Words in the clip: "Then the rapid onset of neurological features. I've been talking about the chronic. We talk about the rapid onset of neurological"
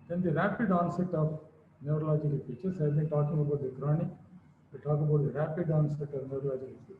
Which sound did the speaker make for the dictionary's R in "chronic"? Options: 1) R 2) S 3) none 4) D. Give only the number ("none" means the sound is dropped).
1